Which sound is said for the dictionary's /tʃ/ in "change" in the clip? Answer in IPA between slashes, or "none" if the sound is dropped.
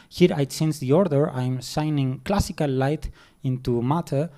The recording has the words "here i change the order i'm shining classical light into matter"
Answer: /s/